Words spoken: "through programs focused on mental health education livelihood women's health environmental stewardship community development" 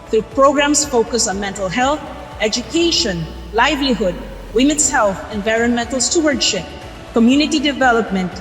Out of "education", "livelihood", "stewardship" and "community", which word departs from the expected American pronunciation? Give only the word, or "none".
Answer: none